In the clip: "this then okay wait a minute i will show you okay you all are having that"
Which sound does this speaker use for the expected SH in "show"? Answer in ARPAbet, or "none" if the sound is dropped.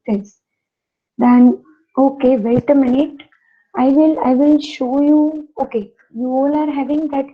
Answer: SH